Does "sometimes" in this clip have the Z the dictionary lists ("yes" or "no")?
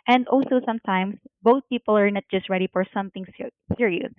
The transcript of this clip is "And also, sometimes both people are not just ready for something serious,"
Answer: no